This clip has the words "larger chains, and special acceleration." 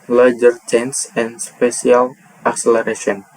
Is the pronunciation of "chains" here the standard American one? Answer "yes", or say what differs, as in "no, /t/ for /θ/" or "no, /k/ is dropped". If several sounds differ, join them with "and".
no, /s/ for /z/